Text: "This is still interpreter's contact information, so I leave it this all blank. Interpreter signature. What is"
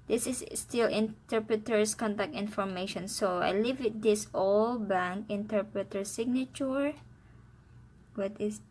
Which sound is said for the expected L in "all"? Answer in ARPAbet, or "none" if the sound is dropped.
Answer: L